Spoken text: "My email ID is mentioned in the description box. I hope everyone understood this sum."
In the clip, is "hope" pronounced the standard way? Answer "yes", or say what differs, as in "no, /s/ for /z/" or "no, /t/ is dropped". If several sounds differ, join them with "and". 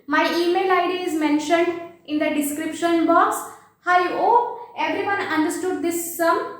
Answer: no, /p/ is dropped